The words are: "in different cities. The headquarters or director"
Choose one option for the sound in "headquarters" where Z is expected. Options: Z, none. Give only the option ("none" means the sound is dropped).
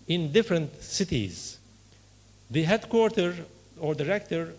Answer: none